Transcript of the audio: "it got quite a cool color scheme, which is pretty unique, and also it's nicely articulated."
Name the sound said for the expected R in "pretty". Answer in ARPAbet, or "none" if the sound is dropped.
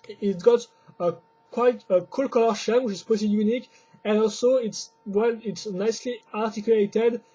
none